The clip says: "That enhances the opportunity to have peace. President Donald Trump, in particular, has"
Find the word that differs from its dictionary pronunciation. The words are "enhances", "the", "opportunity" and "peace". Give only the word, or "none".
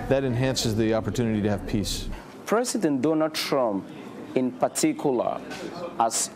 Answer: none